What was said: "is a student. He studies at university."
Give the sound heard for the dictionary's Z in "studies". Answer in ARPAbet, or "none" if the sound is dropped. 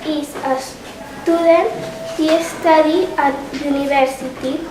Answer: none